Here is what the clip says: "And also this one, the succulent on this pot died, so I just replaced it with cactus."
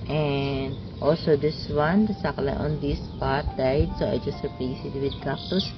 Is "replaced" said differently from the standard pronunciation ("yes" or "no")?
yes